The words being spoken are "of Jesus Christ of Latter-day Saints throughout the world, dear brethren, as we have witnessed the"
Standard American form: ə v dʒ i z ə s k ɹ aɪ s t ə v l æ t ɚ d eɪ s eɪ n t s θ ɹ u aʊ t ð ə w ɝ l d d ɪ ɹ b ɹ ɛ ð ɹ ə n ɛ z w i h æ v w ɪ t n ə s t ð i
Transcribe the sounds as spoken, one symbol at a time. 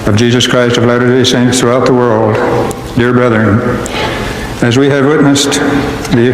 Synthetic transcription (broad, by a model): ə v dʒ i z ə s k ɹ aɪ s t ə v l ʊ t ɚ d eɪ s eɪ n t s θ ɹ u aʊ t ð ə w ɝ l d d ɪ ɹ b ɹ ɛ ð ɹ ə n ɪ z w i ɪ v w ɪ t n ə s t ð i